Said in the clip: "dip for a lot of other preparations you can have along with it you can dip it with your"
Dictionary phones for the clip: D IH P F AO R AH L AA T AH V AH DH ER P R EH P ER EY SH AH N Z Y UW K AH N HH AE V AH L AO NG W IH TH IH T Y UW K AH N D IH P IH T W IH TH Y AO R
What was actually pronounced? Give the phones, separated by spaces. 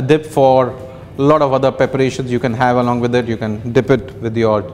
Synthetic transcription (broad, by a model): D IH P F AO R L AA T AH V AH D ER P R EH P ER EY SH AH N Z Y UW K AH N HH AE V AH L AO NG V IH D IH T Y UW K AH N D IH P IH T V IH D Y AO R